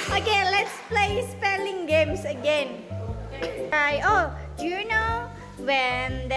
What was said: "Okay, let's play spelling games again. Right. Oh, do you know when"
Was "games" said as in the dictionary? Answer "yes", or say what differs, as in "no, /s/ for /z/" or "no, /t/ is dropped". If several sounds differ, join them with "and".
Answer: no, /s/ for /z/